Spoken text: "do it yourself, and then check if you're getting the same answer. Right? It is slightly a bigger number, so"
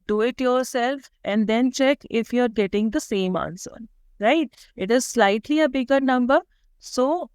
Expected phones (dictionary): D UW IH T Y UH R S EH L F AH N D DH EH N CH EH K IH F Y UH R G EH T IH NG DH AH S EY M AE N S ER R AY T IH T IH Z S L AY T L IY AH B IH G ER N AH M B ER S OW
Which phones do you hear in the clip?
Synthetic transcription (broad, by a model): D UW IH T Y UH R S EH L F AH N D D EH N CH EH K IH F Y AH R G EH T IH NG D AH S EY M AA N S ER R AY T IH T IH Z S L AY T L IY AH B IH G ER N AH M B ER S OW